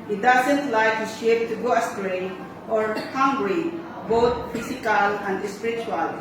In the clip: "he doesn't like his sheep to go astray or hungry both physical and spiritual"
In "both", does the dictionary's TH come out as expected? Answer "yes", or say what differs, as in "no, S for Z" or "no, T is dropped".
no, T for TH